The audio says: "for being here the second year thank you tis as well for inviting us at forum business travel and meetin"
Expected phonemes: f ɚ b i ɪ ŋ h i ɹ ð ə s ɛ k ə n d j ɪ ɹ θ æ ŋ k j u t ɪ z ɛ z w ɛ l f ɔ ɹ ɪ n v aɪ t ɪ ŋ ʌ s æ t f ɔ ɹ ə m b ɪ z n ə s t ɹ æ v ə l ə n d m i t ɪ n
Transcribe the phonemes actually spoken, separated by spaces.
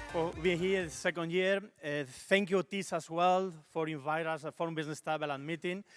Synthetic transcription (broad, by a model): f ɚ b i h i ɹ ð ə s ɛ k ə n d j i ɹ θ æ ŋ k j u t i s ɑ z w ɛ l f ɔ ɹ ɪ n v aɪ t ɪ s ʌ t f ɔ ɹ ə m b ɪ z n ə s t ɛ b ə l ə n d m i t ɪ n